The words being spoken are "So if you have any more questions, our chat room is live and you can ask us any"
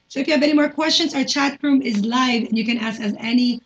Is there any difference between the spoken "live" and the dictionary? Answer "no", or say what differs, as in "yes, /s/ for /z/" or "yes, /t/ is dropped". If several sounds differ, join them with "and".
no